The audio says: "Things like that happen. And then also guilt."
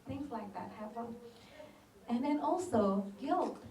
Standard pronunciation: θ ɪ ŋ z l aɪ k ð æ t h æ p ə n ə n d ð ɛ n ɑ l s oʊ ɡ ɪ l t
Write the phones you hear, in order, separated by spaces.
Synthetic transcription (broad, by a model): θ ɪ ŋ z l aɪ k ð æ t h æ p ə n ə n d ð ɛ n ɑ l s oʊ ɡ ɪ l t